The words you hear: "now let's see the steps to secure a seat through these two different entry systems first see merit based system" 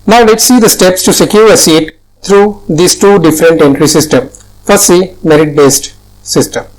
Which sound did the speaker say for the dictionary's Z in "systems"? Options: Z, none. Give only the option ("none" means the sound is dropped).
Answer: none